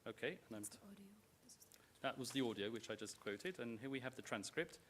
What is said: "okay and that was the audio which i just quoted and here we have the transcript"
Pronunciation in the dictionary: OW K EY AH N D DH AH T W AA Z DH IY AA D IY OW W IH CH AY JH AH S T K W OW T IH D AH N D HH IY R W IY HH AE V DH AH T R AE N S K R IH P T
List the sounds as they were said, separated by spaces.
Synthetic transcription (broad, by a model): OW K EY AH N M DH AH T W AA Z DH IY AA D IY OW W IH CH AY JH AH S K W OW T IH D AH N HH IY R W IY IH V DH AH T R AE N S K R IH P T